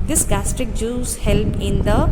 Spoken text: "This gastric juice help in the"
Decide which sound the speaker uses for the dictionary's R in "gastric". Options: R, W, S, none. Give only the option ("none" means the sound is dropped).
R